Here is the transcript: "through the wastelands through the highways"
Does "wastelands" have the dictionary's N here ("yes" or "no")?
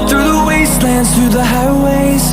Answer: yes